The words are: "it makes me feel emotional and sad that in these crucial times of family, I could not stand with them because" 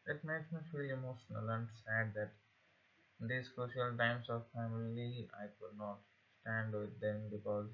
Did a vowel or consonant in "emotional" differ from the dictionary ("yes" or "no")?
yes